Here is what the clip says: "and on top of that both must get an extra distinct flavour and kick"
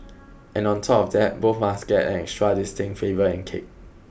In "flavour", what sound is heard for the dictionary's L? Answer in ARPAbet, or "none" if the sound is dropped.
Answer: none